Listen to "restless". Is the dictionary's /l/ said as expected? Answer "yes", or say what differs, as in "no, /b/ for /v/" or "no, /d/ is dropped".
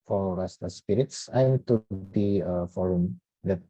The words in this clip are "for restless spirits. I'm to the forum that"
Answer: no, /l/ is dropped